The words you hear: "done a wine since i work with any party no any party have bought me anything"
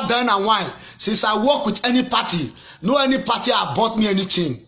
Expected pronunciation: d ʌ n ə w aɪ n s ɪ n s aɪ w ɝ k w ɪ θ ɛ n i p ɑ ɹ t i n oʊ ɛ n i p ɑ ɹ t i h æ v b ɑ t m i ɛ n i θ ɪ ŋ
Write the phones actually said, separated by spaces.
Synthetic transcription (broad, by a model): d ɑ n ə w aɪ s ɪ s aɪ w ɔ k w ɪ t ɛ n i p ɑ t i n oʊ ɛ n i p ɑ t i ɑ b ɑ t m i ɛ n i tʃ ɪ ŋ